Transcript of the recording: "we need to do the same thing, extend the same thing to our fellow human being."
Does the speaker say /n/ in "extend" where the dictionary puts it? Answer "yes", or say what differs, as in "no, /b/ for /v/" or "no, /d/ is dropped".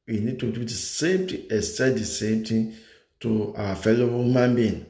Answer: no, /n/ is dropped